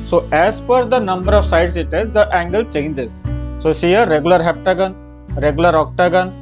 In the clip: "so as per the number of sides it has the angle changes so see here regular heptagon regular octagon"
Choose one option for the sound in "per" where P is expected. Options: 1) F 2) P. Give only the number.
1